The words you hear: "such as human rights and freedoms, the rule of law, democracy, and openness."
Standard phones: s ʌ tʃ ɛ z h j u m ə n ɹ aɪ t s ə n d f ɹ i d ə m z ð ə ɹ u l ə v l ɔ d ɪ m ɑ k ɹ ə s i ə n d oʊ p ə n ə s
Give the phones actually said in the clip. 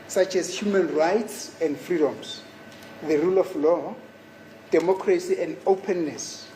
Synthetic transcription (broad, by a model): s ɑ tʃ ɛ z h j u m ə n ɹ aɪ t s ə n d f ɹ i d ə m s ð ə ɹ u l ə f l ɔ d ɪ m ɑ k ɹ ə s i ə n d oʊ p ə n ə s